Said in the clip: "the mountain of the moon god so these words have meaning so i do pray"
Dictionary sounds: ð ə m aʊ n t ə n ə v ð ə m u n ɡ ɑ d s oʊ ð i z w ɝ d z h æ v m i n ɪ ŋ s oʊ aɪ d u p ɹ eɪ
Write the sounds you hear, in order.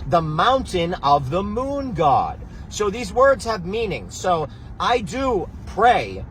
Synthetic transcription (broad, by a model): ð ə m aʊ n t ə n ə v ð ə m u n ɡ ɑ d s oʊ ð i z w ɝ d z h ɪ v m i n ɪ ŋ s oʊ aɪ d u p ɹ eɪ